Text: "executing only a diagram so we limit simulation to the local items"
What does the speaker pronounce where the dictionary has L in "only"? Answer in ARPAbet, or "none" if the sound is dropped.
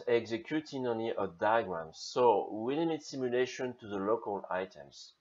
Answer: none